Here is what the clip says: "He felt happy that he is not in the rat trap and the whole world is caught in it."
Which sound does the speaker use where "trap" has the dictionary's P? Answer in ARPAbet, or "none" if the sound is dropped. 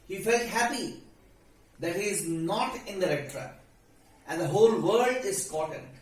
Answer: none